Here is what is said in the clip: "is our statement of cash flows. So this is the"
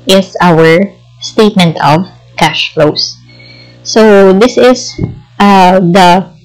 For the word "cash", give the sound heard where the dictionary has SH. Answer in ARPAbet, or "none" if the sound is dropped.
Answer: SH